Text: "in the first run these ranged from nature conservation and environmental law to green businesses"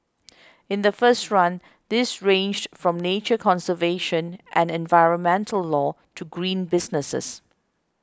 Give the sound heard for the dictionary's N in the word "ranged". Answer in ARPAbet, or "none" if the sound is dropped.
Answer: N